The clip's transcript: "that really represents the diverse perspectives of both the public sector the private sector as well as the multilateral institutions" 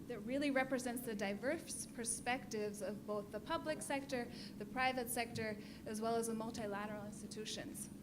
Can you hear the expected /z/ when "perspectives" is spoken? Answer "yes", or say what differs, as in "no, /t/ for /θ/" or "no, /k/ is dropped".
yes